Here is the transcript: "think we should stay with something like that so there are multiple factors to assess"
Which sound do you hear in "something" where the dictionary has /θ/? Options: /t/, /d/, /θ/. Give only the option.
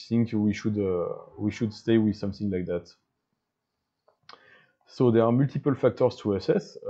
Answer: /θ/